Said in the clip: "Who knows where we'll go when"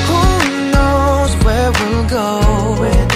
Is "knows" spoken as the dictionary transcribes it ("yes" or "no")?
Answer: yes